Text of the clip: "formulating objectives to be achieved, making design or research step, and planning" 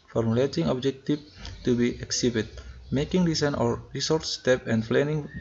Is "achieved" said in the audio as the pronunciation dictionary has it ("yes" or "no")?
no